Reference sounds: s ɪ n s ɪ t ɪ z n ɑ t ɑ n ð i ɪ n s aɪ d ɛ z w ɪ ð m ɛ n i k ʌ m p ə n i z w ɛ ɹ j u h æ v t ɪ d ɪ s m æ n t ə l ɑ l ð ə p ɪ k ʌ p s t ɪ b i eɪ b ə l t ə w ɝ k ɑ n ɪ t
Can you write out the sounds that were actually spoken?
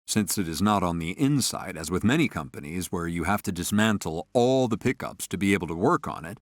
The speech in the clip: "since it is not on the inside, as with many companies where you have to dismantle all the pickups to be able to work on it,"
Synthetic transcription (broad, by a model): s ɪ n s ɪ t ɪ z n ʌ t n ð i ɪ n s aɪ d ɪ z w ɪ ð m ɛ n i k ʌ m p ə n i z w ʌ ɹ j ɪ h æ f t ɪ d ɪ s m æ n t l ɑ l ð ə p ɪ k ʌ p s t ɪ b i eɪ b l t ə w ɝ k n ɪ t